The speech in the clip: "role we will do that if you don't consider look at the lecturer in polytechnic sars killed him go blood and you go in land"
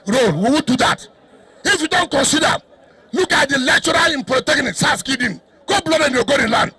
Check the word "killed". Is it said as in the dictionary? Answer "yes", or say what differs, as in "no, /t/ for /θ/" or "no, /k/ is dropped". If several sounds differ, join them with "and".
no, /l/ is dropped